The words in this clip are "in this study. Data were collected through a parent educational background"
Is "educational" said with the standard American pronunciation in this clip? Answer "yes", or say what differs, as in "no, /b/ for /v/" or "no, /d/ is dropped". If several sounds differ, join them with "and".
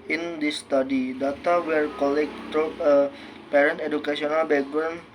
no, /s/ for /ʃ/